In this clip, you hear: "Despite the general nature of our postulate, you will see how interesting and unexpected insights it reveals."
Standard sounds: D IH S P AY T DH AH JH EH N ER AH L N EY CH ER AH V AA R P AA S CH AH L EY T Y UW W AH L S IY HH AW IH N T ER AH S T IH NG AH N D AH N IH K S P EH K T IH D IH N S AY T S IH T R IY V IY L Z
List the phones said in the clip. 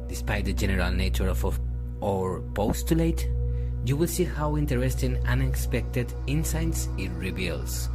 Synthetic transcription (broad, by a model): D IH S P AY T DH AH JH EH N ER AH L N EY CH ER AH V AA R P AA S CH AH L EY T Y UW W AH L S IY HH AW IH N T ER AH S T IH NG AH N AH N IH K S P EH K T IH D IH N S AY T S IH T R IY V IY L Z